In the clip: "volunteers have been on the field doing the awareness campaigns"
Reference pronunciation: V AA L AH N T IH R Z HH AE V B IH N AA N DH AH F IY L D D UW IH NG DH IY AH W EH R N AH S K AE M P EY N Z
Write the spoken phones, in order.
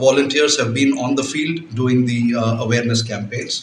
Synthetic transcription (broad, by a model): V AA L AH N T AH R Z HH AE V B IH N AA N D AH F IY L D D UW IH NG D IY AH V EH R N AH S K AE M P EY N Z